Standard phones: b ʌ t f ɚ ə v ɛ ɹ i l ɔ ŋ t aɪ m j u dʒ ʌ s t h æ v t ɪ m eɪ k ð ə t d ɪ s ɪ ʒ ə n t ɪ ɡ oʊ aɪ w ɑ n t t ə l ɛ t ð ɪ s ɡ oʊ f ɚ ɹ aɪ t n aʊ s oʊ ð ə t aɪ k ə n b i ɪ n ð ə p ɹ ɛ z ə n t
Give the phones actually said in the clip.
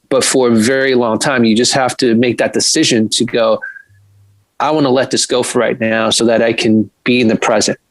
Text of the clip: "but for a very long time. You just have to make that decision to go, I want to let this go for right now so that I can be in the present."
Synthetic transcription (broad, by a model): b ʌ t f ɚ ə v ɛ ɹ i l ɔ ŋ t aɪ m j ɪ dʒ ʌ s t h æ f t ɪ m eɪ k ð ə t d ɪ s ɪ ʒ ə n t ɪ ɡ oʊ aɪ w ɑ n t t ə l ɛ t ð ɪ s ɡ oʊ f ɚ ɹ aɪ t n aʊ s oʊ ð ə t aɪ k ə n b i ɪ n ð ə p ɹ ɛ z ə n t